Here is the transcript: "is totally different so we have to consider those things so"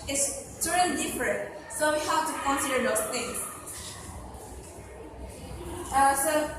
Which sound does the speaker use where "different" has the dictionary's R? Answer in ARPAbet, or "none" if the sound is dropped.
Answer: R